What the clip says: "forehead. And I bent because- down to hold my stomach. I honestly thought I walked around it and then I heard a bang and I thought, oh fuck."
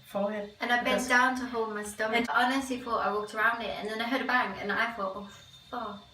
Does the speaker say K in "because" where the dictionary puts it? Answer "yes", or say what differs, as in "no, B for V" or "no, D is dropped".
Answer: no, K is dropped